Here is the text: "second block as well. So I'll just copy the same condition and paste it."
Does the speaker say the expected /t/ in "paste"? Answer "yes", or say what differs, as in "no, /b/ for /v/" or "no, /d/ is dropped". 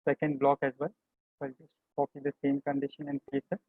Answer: no, /t/ is dropped